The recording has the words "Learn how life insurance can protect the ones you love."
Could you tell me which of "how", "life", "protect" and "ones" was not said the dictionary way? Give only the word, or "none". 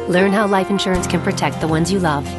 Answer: none